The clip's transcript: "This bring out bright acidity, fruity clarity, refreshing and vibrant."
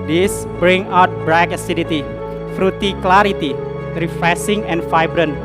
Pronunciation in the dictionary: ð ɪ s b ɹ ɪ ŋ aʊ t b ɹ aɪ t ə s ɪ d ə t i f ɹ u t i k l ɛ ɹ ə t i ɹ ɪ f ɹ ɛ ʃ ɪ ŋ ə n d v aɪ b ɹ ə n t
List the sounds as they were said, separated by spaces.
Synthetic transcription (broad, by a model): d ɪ s b ɹ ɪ ŋ aʊ t b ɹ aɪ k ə s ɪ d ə t i f ɹ u t i k l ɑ ɹ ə t i ɹ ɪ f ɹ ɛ s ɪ ŋ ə n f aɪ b ɹ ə n